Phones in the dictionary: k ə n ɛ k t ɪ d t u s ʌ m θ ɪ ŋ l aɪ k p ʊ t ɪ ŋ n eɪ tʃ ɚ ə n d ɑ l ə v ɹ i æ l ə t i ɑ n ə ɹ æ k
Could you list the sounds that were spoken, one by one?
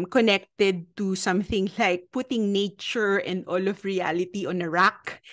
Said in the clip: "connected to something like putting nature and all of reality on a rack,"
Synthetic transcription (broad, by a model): k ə n ɛ k t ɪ d t u s ʌ m θ ɪ ŋ l aɪ k p ʊ t ɪ ŋ n eɪ tʃ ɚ ə n d ɑ l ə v ɹ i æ l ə t i ɑ n ə ɹ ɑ k